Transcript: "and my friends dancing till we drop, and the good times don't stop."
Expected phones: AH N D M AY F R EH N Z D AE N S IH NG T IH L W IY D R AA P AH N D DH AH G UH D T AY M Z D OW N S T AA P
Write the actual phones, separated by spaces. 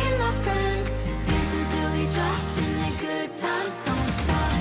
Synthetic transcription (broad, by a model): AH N M AY F R EH N Z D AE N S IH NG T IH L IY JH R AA AH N DH AH G UH D T AY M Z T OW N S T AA